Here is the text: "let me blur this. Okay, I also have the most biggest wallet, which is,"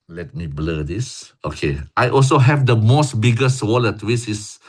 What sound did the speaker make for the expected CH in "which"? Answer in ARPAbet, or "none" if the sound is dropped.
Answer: S